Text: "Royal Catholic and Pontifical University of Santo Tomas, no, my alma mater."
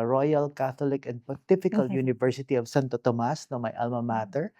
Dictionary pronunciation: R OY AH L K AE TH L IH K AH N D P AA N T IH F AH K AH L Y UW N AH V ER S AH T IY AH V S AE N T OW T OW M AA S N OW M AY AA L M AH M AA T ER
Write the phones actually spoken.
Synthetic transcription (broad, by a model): R OY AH L K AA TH L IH K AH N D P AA T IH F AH K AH L Y UW N AH V ER S AH T IY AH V S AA N T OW T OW M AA S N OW M AY AA L M AH M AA T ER